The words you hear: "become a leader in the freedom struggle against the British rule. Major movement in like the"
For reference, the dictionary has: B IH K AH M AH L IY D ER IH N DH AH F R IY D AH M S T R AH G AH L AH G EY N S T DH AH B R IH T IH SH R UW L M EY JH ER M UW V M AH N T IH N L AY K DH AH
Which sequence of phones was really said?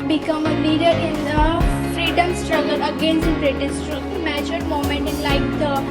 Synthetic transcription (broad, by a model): B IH K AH M AH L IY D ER IH N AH F R IY D AH M S T R AH G AH L AH G EY N S T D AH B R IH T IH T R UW M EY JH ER M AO M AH N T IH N L AY K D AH